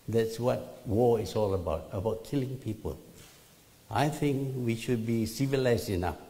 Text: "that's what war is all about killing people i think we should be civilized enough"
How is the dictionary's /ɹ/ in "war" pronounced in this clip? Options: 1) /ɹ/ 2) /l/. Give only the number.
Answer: 2